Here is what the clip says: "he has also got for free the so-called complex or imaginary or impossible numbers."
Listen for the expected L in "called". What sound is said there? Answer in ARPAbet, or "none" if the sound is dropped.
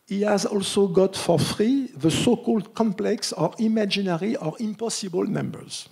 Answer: L